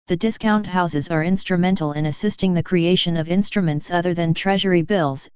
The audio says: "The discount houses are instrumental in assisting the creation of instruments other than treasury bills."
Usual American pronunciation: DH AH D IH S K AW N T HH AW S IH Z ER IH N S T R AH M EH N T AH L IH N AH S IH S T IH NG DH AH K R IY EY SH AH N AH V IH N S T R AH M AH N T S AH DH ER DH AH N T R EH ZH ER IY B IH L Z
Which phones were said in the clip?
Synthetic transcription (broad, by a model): DH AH D IH S K AW N T HH AW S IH Z ER IH N S T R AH M EH N T L IH N AH S IH S T IH NG DH AH K R IY EY SH AH N AH V IH N S T R AH M AH N T S AH DH ER DH AH N T R EH ZH ER IY B IH L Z